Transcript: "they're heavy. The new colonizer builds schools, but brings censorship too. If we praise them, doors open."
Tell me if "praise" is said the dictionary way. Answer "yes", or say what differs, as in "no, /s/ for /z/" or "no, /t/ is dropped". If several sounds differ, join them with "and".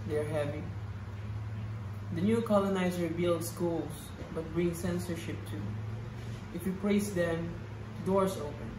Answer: no, /l/ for /ɹ/ and /s/ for /z/